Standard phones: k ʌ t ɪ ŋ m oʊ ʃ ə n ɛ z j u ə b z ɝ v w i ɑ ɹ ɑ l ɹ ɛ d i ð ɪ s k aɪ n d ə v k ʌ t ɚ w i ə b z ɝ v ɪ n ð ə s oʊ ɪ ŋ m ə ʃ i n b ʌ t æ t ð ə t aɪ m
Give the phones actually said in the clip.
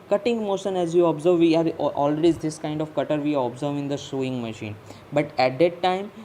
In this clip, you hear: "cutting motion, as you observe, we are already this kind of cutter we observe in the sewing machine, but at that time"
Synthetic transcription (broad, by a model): k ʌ t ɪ ŋ m oʊ ʃ ə n ɛ z j u ə b z ɝ v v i ɑ ɹ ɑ l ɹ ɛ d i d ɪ s k aɪ n d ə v k ʌ t ɚ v i ə b z ɝ v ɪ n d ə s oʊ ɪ ŋ m ə ʃ i n b ʌ t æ t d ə t aɪ m